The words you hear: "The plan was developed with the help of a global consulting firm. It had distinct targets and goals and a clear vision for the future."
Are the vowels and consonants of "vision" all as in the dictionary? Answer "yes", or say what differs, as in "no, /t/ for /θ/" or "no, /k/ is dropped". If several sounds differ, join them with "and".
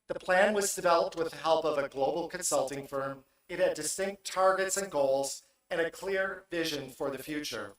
yes